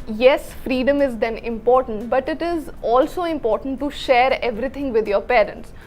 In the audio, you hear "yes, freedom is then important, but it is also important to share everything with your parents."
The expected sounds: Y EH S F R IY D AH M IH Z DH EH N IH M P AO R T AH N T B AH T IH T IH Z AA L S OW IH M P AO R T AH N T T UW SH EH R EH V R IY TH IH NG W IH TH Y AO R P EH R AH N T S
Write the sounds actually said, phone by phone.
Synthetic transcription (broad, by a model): Y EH S F R IY D AH M IH Z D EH N IH M P AO R T AH N T B AH T IH T IH Z AA L S OW IH M P AO R T AH N T T UW SH EH R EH V R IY T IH NG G IH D Y AO R P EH R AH N T S